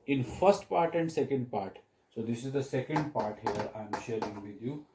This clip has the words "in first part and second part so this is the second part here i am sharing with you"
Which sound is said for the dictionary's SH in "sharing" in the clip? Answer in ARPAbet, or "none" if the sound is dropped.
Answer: SH